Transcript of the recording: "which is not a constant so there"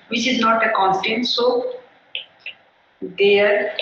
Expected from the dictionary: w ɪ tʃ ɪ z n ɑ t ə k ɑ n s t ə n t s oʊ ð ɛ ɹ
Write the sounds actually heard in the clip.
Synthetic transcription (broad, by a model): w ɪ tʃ ɪ z n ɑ t ə k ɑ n t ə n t s oʊ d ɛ ɹ